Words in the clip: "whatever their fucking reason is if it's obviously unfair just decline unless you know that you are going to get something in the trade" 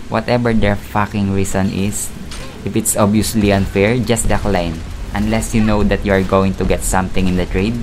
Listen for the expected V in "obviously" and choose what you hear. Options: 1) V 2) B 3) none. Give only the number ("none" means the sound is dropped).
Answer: 3